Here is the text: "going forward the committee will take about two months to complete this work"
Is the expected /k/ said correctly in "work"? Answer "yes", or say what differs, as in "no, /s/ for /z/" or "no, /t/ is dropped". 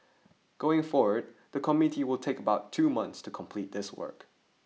yes